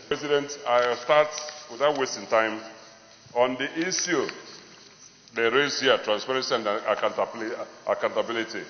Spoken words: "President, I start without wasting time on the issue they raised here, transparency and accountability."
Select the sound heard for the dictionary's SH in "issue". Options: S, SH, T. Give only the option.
S